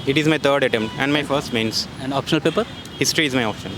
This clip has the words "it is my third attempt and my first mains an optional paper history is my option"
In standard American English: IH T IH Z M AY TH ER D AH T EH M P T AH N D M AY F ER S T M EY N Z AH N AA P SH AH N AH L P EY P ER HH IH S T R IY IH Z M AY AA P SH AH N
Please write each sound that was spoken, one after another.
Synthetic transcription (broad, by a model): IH T IH Z M AY T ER D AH T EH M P T AH N D M AY F ER S T M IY N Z AH N AA P SH AH N AH L P EY P ER HH IH S T R IY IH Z M AY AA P SH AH N